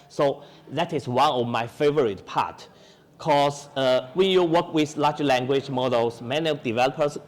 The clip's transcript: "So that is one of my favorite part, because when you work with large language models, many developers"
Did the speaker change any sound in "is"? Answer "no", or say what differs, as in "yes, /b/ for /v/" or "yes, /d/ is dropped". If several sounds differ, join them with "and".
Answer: yes, /s/ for /z/